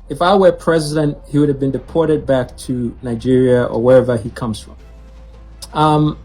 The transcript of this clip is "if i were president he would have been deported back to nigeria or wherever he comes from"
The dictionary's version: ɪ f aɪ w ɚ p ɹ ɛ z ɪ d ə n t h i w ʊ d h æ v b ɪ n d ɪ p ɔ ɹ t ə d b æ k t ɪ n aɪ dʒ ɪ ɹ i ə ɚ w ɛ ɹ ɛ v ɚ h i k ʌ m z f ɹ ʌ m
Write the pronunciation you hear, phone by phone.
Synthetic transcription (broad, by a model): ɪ f aɪ w ɚ p ɹ ɛ z ɪ d ə n t h i w ʊ d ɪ v b ɪ n d ɪ p ɔ ɹ t ə d b æ k t ɪ n aɪ dʒ ɪ ɹ i ə ɚ w ɛ ɹ ɛ v ɚ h i k ʌ m z f ɹ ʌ m